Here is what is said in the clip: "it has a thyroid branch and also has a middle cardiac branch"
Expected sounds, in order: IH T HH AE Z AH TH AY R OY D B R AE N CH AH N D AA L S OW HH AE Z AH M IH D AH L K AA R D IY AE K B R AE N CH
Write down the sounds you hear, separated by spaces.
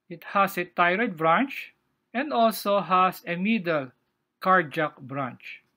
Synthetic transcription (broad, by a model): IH T HH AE S AH T AY R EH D B R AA N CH AH N D AA L S OW HH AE S AH M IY D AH L K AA R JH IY K B R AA N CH